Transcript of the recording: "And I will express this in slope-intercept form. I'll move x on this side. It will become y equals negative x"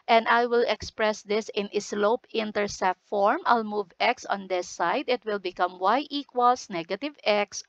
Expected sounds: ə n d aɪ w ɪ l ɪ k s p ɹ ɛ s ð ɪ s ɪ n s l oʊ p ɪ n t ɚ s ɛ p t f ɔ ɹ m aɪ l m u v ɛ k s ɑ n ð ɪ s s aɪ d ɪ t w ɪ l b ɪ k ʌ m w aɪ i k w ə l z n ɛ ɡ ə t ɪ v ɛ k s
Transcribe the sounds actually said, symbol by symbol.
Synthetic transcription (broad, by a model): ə n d aɪ w ɪ l ɪ k s p ɹ ɛ s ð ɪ s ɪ n s l oʊ p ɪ n t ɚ s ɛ t f ɔ ɹ m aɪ l m u v ɛ k s ɑ n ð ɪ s s aɪ d ɪ t w ɪ l b ɪ k ʌ m w aɪ i k w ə l s n ɛ ɡ ə t ɪ v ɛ k s